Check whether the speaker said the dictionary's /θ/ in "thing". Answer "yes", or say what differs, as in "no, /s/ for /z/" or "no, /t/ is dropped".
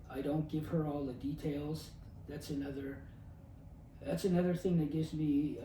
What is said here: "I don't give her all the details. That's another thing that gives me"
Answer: yes